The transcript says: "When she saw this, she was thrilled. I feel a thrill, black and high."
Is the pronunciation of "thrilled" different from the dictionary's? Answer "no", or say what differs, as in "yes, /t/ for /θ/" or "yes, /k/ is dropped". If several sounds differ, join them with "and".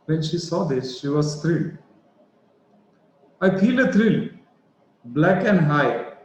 yes, /t/ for /θ/ and /d/ is dropped